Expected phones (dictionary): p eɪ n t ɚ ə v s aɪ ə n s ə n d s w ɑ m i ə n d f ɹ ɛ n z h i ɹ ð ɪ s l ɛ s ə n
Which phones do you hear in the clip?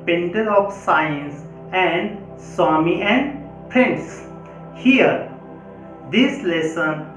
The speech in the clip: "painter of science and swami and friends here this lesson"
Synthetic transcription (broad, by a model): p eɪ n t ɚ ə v s aɪ ə n s ə n d s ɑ m i ə n d p ɹ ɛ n s h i ɹ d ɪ s l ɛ s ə n